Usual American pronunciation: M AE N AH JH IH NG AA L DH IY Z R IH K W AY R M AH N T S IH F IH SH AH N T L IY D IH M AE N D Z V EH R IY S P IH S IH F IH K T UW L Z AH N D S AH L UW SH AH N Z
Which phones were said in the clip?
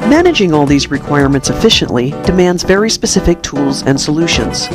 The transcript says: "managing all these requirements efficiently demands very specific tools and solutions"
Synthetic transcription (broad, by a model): M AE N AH JH IH NG AA L DH IY Z R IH K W AY R M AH N T S IH F IH SH AH N T L IY D IH M AE N D Z V EH R IY S P IH S IH F IH K T UW L Z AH N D S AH L UW SH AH N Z